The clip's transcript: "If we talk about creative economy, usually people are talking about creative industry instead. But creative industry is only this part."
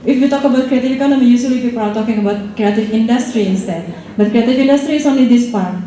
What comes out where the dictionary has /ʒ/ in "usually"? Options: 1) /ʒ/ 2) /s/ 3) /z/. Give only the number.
2